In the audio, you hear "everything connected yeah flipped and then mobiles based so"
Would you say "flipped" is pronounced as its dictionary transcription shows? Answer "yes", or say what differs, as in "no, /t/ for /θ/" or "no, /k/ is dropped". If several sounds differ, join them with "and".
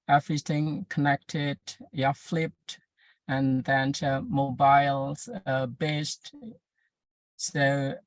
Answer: yes